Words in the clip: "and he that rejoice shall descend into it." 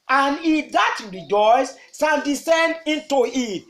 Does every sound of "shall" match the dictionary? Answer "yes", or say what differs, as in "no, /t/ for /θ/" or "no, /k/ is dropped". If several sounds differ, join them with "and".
no, /s/ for /ʃ/ and /n/ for /l/